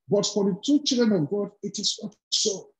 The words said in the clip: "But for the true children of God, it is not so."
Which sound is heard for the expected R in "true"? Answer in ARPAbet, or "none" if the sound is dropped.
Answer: none